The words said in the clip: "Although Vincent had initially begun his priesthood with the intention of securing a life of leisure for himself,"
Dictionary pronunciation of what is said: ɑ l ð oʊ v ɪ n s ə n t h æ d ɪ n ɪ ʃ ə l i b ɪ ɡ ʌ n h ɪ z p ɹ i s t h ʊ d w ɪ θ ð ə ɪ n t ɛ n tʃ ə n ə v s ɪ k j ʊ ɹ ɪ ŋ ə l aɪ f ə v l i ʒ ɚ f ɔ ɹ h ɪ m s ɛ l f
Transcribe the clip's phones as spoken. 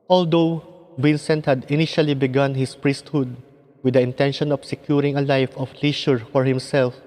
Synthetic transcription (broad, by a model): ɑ l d oʊ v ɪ n s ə n t h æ d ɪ n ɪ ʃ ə l i b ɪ ɡ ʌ n h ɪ s p ɹ i s t h ʊ d w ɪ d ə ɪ n t ɛ n ʃ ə n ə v s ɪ k j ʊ ɹ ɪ ŋ ə l aɪ f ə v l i ʃ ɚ f ɔ ɹ h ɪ m s ɛ l f